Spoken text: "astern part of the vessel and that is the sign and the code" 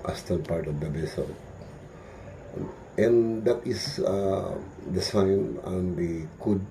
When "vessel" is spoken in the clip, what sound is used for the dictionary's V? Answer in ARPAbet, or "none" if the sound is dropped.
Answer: B